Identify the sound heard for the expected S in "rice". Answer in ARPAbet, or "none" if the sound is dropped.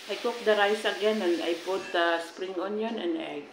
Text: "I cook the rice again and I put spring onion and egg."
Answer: S